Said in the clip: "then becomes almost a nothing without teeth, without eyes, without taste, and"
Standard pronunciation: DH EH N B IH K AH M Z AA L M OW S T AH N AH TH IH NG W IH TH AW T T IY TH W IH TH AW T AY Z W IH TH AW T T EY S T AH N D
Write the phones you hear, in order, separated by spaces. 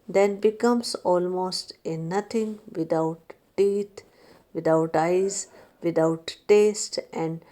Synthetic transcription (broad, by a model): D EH N B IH K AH M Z AA L M OW S T AH N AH T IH NG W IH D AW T T IY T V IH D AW T AY Z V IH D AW T T EY S T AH N D